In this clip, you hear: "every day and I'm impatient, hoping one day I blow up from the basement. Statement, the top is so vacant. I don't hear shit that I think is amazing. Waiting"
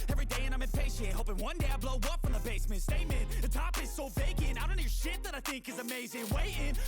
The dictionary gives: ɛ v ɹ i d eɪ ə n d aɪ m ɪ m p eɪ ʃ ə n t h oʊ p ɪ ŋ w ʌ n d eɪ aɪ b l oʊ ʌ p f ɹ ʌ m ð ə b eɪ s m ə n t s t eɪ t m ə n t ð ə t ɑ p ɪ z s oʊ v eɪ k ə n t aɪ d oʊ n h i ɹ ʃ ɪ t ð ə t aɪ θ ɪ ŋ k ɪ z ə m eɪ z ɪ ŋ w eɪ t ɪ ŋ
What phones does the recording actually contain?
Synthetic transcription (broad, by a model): ɛ v ɹ i d eɪ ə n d aɪ m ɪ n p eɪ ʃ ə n h oʊ p ɪ ŋ w ʌ n d eɪ aɪ b l oʊ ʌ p f ɹ ʌ m ð ə b eɪ s m ə n t s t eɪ m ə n ð ə t ɑ p ɪ z s oʊ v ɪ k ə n aɪ d oʊ n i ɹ ʃ ɪ t ð ə t aɪ θ ɪ ŋ k ɪ z ə m eɪ z ɪ ŋ w eɪ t ɪ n